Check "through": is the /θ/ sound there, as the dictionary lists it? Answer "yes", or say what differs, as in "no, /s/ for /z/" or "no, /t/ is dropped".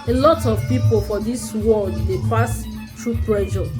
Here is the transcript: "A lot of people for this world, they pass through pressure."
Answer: no, /t/ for /θ/